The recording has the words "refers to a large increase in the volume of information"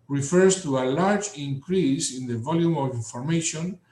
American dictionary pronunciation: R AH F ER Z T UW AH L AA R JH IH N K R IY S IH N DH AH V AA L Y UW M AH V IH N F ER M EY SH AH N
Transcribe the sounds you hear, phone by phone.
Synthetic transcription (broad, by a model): R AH F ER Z T UW AH L AA R JH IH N K R IY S IH N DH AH V AA L Y UW M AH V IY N F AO M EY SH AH N